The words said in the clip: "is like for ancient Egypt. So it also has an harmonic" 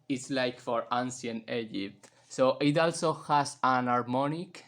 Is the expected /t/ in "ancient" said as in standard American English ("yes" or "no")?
no